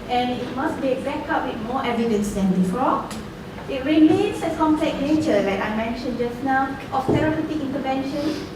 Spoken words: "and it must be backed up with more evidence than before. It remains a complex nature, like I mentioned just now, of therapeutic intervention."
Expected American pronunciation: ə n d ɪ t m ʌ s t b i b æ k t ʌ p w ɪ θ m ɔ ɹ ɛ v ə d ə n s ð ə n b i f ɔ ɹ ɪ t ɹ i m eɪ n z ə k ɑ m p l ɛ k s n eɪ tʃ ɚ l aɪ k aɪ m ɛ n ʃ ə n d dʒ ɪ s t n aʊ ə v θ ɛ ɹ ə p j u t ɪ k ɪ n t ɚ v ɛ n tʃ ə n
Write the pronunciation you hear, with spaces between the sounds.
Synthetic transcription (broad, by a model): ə n ɪ t m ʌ s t b i b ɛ k ɑ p w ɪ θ m ɔ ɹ ɛ v ə d ə n s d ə n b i f ɔ ɪ t ɹ i m eɪ n s ə k ɑ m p l ɛ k n eɪ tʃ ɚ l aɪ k aɪ m ɛ n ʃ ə n dʒ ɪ s n aʊ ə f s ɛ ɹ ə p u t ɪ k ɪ n t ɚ v ɛ n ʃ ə n